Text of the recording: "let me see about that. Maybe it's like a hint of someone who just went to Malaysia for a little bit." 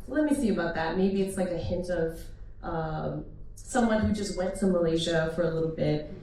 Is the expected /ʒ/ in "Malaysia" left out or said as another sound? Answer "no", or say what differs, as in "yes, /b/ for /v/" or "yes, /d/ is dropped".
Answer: no